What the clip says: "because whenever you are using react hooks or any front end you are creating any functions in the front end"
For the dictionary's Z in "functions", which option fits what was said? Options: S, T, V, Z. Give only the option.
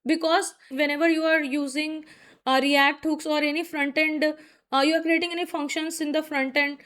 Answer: S